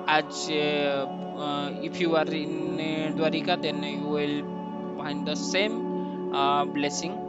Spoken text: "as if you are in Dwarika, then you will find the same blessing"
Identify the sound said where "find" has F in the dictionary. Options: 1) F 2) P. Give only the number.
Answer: 2